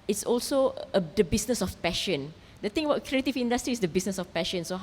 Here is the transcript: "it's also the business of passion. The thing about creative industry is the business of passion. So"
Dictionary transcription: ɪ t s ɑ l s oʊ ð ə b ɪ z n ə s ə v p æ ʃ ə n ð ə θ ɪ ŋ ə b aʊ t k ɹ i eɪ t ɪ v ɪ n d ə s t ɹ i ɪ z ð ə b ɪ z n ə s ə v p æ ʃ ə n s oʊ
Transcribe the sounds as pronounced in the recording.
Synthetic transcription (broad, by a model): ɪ t s ɑ l s oʊ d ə b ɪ s n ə s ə f p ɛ ʃ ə n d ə t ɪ ŋ ə b aʊ t k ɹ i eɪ t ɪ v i n d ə s t ɹ i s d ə b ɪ s n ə s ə f p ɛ ʃ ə n s oʊ